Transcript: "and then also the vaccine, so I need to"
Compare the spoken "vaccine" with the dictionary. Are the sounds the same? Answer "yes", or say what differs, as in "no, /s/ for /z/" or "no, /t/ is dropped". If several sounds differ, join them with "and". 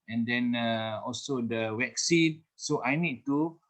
no, /w/ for /v/